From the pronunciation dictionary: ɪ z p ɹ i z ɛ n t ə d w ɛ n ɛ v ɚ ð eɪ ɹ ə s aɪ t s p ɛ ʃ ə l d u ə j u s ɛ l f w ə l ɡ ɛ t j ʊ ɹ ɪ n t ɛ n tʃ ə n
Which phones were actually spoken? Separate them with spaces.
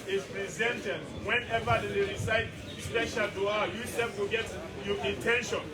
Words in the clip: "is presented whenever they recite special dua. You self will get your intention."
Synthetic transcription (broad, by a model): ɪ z p ɹ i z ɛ n t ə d w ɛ n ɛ v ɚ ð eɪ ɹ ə s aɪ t s p ɛ ʃ ə l d u ə j u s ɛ f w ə ɡ ɛ t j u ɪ n t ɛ n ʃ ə n